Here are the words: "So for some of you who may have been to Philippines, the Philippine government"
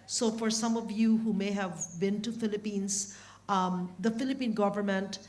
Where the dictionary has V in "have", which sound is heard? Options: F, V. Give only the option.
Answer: V